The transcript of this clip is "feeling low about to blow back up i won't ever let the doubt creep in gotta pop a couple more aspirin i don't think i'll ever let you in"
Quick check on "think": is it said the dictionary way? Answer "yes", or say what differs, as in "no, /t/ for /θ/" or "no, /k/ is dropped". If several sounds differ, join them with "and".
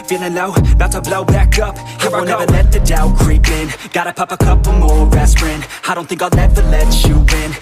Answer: yes